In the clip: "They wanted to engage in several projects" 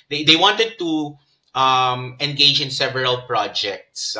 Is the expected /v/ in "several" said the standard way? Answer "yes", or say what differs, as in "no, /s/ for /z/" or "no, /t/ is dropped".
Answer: yes